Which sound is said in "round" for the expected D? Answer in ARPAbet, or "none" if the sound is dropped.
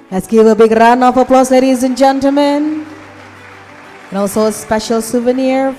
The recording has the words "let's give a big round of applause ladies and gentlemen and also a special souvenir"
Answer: none